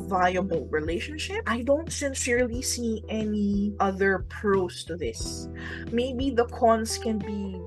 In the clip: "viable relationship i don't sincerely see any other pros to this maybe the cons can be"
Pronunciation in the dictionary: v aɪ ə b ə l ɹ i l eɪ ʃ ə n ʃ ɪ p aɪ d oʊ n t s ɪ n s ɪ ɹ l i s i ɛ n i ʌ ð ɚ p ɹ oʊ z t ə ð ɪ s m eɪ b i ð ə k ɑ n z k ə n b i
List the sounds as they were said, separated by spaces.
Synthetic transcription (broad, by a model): v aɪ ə b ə l ɹ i l eɪ ʃ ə n ʃ ɪ p aɪ d oʊ n t s ɪ n s ɪ ɹ l i s i ɛ n i ʌ ð ɚ p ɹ oʊ s t ə ð ɪ s m eɪ b i ð ə k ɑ n s k ə n b i